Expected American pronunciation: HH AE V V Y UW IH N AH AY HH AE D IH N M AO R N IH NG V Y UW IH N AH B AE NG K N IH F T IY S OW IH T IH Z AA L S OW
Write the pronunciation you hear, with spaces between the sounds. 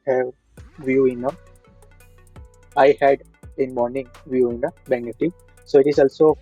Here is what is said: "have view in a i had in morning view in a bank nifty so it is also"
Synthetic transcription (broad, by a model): HH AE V V Y UW IH N AH AY HH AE D IH N M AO R N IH NG V Y UW IH N AH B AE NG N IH T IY S OW IH T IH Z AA L S OW